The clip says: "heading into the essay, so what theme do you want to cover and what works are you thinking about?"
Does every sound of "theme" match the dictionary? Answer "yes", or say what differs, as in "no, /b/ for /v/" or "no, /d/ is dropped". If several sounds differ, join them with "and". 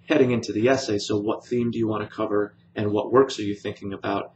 yes